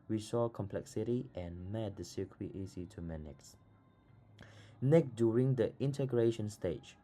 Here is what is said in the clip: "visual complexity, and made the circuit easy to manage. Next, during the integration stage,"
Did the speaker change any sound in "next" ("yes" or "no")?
yes